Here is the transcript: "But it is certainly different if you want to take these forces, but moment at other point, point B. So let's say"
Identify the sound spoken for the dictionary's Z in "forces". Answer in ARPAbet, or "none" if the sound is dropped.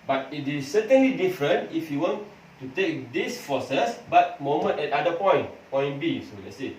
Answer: S